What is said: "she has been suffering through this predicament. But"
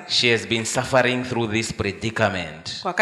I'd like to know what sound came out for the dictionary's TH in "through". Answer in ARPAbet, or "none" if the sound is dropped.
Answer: TH